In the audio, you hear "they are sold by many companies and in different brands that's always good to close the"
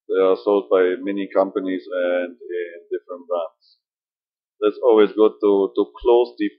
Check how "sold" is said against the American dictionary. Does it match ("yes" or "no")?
yes